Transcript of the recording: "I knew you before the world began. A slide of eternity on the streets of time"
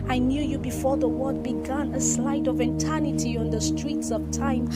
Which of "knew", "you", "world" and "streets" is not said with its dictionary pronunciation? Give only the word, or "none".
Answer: world